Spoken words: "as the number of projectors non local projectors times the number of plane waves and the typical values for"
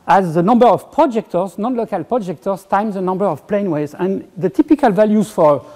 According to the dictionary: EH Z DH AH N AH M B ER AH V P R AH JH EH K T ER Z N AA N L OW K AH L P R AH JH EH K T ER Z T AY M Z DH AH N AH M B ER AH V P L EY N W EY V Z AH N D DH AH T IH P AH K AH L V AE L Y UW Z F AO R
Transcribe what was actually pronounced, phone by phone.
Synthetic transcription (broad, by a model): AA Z DH AH N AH M B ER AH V P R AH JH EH K T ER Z N AA N L OW K AH L P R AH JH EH K T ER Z T AY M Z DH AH N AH M B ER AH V P L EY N W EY Z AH N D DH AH T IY P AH K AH L V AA L Y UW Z F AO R